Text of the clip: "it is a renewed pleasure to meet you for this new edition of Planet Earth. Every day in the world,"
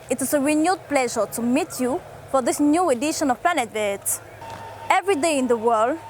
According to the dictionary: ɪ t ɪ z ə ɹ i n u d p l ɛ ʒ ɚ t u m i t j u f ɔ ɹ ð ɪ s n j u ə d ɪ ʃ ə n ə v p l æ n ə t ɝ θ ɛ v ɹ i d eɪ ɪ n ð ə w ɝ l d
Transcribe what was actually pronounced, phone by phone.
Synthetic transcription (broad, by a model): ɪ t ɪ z ə ɹ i n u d p l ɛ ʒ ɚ t u m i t j u f ɔ ɹ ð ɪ s n j u ə d ɪ ʃ ə n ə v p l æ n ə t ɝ t ɛ v ɹ i d eɪ ɪ n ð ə w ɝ l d